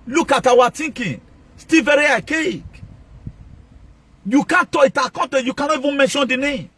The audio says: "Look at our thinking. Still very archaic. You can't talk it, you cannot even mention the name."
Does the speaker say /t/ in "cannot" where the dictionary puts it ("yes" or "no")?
no